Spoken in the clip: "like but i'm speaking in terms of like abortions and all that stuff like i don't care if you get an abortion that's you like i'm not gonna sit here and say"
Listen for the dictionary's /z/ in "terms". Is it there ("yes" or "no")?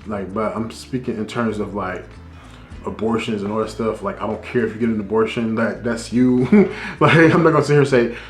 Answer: yes